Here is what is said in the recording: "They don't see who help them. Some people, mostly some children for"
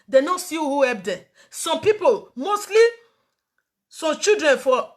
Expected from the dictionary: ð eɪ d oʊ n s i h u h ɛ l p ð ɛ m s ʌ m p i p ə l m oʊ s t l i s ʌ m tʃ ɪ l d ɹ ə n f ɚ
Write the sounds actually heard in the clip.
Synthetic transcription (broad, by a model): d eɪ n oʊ s i h u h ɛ p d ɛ s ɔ m p i p ə l m oʊ s t l i s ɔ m tʃ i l d ɹ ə n f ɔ